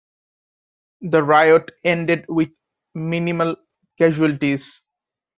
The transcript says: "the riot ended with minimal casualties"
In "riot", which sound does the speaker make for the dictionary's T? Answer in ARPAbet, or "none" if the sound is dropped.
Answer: T